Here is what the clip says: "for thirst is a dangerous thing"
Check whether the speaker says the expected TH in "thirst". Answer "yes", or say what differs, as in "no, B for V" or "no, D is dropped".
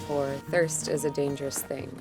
yes